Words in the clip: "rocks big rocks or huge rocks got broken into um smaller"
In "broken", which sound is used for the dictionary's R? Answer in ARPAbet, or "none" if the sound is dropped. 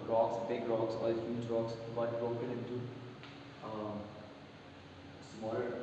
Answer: R